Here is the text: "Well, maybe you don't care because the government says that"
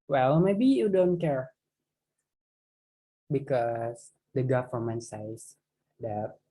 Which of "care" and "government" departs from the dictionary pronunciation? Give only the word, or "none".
government